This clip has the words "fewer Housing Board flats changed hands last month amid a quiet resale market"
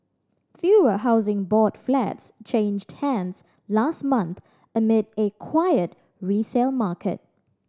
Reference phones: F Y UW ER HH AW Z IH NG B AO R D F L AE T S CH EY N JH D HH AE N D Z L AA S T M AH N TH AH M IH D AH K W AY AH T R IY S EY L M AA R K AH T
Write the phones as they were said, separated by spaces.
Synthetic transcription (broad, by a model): F Y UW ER HH AW Z IH NG B AO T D F L AE T S CH EY N JH D HH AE N D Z L AA S T M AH N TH AH M IH D AH K W AY AH T R IY S EY L M AA K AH T